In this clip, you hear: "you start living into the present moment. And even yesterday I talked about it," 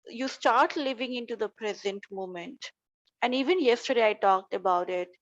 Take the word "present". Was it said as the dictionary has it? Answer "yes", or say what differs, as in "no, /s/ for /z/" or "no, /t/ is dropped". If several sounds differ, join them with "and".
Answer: yes